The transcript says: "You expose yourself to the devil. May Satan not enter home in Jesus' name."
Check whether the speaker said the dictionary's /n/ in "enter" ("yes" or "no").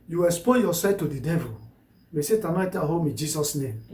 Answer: no